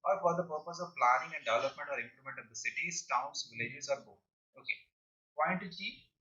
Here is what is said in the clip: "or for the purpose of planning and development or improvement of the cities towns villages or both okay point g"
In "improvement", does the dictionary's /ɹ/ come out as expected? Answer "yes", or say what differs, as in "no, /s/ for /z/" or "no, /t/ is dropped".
no, /l/ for /ɹ/